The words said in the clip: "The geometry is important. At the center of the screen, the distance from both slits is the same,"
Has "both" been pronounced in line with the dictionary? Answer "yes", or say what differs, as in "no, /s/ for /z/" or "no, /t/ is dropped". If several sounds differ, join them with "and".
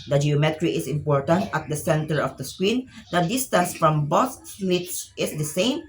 no, /s/ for /θ/